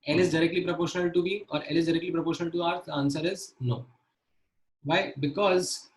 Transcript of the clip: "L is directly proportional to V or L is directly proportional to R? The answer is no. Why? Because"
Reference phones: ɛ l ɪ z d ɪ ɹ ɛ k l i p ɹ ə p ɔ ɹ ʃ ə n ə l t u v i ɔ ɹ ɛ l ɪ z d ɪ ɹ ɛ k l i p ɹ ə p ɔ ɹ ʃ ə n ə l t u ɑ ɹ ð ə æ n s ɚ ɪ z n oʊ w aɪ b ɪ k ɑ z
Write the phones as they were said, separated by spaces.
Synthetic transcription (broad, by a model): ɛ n ɪ z d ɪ ɹ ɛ k l i p ɹ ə p ɔ ʃ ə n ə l t u b i ɔ ɹ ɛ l ɪ z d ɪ ɹ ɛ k l i p ɹ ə p ɔ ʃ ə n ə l t u ɑ ɹ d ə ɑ n s ɚ ɪ z n oʊ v aɪ b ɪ k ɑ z